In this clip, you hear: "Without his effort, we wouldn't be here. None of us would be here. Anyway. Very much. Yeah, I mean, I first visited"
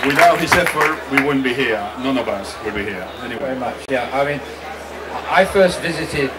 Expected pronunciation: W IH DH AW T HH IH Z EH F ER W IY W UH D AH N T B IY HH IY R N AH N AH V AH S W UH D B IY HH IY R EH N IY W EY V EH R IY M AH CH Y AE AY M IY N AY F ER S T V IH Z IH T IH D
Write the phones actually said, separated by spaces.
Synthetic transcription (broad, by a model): W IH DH AW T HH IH S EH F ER W IY W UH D N B IY HH IY R N AH N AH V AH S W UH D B IY HH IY R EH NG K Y V EH R IY M AH CH Y AE AY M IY N AY F ER S T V IH Z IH T IH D